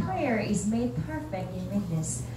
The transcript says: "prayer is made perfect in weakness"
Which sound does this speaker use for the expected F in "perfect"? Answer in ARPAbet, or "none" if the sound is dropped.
F